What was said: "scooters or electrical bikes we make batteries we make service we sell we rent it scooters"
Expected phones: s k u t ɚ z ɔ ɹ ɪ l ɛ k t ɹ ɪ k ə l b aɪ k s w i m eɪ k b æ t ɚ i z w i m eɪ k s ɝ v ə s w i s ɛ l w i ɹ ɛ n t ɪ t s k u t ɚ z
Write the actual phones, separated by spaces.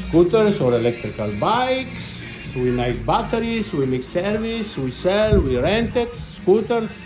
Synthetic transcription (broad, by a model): s k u t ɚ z ɔ ɹ ɪ l ɛ k t ɹ ɪ k ə l b aɪ k s w i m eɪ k b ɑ t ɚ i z w i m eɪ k s ɝ v ə s w i s ɛ l w i ɹ ɛ n t ɪ t s k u t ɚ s